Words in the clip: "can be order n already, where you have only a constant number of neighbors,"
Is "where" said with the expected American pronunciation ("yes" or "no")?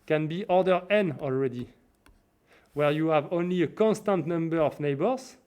yes